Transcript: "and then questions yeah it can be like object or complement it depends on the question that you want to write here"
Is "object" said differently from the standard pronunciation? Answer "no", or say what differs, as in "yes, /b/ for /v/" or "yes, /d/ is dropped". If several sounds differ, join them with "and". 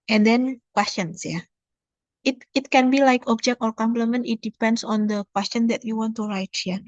no